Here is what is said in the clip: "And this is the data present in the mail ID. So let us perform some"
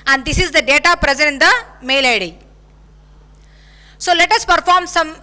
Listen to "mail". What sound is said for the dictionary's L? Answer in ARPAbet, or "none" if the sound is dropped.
L